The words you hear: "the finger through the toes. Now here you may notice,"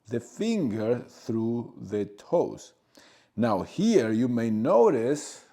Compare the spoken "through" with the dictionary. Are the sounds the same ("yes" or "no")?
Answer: yes